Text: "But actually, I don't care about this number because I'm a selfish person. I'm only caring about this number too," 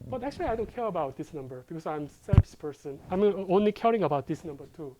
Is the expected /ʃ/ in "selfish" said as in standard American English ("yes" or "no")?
no